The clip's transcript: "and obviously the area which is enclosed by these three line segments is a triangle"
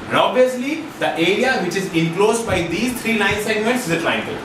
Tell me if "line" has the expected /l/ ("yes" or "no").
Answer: no